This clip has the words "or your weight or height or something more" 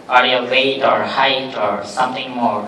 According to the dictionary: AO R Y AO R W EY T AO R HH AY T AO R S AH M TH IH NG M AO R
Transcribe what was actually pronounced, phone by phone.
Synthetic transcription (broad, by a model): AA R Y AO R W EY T AO R HH AY T AO R S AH M T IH NG M AO R